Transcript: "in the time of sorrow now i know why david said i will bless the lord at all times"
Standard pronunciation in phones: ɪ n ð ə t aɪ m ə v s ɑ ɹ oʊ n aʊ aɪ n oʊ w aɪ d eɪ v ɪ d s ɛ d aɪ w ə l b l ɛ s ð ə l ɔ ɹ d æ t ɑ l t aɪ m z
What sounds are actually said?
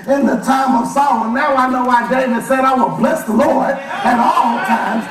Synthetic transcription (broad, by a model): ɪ n ð ə t aɪ m ə v s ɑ l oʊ n aʊ aɪ n oʊ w aɪ d eɪ v ɪ d s ɛ d aɪ w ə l b l ɛ s ð ə l ɔ ɹ d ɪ t ɑ l t aɪ m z